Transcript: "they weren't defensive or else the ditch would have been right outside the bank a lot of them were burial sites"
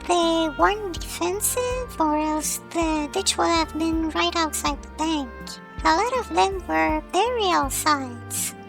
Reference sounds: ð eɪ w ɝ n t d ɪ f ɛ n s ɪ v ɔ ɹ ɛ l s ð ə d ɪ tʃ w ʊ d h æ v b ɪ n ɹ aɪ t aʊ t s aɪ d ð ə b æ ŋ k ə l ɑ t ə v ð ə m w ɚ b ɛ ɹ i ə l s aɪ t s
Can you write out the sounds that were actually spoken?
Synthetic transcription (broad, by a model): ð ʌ w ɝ n d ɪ f ɛ n s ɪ v ɔ ɹ ɛ l s ð ə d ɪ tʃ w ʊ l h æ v b ɪ n ɹ aɪ t aʊ t s aɪ d ð ə b æ ŋ k ə l ɑ t ə v ð ə m w ɚ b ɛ ɹ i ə l s aɪ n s